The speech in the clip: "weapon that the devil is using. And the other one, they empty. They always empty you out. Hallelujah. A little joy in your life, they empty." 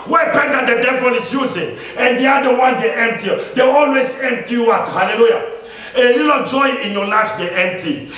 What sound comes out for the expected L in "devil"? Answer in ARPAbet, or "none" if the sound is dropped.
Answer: N